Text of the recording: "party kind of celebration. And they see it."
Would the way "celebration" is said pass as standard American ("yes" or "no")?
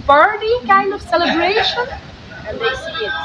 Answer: no